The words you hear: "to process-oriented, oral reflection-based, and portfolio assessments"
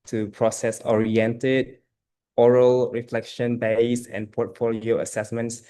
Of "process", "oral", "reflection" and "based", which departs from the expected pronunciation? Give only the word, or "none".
based